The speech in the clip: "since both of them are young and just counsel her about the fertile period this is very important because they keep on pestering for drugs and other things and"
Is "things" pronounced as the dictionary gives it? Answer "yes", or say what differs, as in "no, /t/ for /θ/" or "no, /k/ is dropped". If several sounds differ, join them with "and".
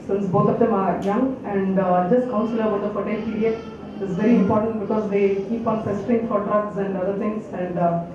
no, /t/ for /θ/